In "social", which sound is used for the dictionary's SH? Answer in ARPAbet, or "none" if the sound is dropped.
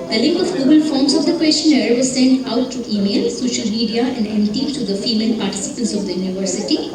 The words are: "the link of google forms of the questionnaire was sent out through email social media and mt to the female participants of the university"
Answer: SH